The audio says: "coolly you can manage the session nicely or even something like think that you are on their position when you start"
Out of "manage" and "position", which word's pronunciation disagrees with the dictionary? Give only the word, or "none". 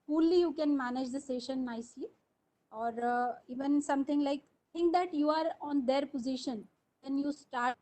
none